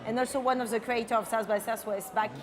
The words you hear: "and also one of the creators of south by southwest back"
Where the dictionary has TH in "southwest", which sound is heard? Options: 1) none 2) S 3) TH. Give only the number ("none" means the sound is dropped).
2